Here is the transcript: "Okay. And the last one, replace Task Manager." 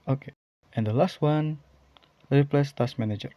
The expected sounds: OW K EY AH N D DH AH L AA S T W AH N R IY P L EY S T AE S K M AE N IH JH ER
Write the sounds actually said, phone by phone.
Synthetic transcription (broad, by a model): OW K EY AH N D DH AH L AA S T W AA N L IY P L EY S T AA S M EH N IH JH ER